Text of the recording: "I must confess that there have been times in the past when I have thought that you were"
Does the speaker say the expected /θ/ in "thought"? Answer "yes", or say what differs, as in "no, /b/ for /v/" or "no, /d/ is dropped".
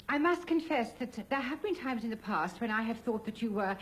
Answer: yes